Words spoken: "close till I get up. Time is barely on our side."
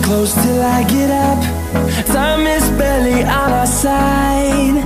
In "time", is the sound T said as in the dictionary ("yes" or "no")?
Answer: no